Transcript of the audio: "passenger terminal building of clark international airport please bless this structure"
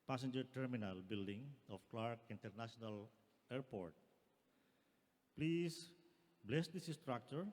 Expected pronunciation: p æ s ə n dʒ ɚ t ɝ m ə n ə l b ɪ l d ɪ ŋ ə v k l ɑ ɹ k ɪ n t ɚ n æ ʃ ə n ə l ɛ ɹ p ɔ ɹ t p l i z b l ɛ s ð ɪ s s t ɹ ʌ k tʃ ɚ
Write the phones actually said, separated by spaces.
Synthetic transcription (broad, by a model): p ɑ s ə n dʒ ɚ t ɝ m ə n ə l b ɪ l d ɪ ŋ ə f k l ɑ ɹ k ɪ n t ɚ n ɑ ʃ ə n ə l ɛ ɹ p ɔ ɹ t p l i s b l ɛ s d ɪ s s t ɹ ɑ k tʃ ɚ